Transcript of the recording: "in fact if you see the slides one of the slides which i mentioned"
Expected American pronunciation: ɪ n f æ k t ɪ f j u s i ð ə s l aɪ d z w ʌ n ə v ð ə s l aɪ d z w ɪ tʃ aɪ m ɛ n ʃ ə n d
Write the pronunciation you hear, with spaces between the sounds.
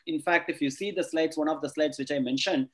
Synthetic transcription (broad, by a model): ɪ n f æ k t ɪ f j u s i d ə s l aɪ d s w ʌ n ə v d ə s l aɪ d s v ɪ tʃ aɪ m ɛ n ʃ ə n d